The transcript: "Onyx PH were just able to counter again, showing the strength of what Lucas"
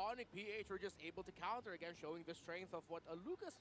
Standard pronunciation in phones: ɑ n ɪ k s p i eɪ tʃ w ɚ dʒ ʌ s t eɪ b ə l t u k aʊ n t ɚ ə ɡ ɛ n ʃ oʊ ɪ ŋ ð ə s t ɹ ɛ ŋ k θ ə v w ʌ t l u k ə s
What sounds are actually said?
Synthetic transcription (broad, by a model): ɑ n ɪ k p i eɪ tʃ w ɚ dʒ ʌ s t eɪ b ə l t u k aʊ n t ɚ ə ɡ ɛ n ʃ oʊ ɪ ŋ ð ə s t ɹ ɛ ŋ k θ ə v w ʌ t l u k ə s